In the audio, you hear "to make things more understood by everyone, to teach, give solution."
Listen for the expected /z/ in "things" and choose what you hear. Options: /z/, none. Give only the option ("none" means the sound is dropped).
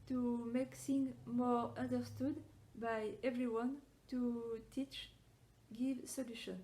none